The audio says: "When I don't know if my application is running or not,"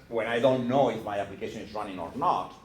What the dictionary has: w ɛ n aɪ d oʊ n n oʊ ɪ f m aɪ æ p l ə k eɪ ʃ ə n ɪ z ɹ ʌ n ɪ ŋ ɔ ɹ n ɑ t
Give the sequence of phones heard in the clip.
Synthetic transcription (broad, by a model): w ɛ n aɪ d oʊ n n oʊ ɪ f m aɪ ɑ p l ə k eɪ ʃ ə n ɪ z ɹ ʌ n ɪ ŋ ɔ ɹ n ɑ t